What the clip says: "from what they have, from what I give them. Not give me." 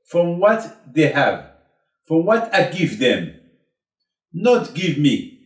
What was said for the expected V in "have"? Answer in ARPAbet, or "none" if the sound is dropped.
V